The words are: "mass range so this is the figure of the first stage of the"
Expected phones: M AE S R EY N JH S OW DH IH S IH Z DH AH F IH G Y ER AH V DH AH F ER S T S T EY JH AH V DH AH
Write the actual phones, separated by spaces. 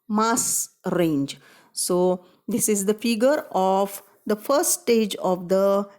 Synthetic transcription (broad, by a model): M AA S R EY N JH S OW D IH S IH Z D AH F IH G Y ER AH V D AH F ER T S T EY JH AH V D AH